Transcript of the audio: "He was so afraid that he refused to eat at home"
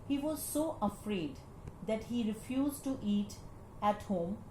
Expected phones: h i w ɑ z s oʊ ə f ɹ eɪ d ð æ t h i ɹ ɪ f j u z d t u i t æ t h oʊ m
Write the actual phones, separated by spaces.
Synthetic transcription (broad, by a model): h i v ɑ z s oʊ ə f ɹ eɪ d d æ t h i ɹ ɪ f j u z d t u i t æ t h oʊ m